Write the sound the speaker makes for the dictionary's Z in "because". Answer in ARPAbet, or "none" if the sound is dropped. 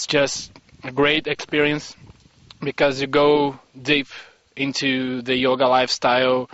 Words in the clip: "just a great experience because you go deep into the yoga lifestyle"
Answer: Z